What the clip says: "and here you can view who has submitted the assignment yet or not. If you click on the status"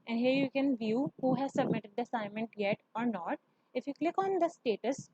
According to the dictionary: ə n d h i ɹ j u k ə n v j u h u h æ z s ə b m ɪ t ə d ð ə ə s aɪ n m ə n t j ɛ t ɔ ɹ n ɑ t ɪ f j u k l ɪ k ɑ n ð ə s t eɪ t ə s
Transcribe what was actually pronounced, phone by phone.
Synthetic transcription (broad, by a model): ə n d h i ɹ j u k ə n v j u h u h æ z s ə b m ɪ t ə d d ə ə s aɪ n m ə n t j ɛ t ɔ ɹ n ɑ t ɪ f j u k l ɪ k ɑ n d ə s t eɪ t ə s